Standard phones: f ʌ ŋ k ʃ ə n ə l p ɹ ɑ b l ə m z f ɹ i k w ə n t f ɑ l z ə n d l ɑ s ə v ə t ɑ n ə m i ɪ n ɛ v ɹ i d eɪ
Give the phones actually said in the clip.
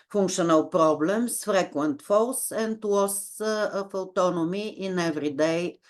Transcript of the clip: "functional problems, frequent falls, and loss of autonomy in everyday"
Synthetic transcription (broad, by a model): f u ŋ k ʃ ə n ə l p ɹ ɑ b l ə m s f ɹ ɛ k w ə n t f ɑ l s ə n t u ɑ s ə f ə t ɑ n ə m i ɪ n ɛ v ɹ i d eɪ